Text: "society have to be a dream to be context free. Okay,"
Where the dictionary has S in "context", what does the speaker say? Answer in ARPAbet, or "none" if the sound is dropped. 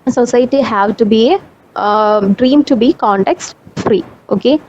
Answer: S